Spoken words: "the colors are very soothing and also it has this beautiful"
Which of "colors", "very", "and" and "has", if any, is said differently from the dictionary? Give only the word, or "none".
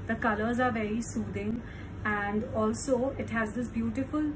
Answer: none